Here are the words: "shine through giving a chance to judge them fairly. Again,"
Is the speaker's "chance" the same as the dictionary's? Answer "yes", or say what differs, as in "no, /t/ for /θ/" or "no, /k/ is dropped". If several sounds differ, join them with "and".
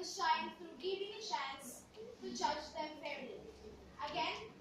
no, /ʃ/ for /tʃ/